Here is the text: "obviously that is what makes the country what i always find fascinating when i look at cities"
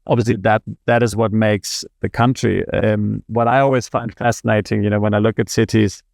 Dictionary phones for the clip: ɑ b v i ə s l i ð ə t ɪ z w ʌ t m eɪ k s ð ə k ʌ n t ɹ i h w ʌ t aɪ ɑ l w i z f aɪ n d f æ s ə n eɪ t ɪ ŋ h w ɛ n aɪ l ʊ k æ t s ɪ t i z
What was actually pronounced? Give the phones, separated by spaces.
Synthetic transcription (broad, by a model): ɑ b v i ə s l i ð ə t ɪ z w ʌ t m eɪ k s ð ə k ʌ n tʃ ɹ i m w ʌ t aɪ ɑ l w i z f aɪ n d f æ s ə n eɪ t ɪ ŋ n w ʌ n aɪ l ʊ k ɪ t s ɪ t i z